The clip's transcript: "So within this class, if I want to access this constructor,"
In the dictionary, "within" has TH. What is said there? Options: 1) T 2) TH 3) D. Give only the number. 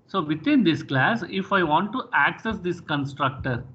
1